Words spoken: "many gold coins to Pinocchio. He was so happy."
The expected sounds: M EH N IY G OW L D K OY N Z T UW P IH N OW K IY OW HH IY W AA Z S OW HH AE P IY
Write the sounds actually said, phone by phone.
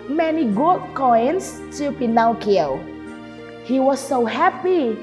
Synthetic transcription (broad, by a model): M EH N IY G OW D K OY N S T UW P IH N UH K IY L HH IY W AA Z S OW HH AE P IY